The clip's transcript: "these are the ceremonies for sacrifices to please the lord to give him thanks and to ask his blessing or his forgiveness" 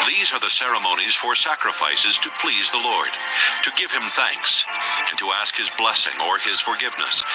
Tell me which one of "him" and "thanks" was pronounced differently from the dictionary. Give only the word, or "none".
none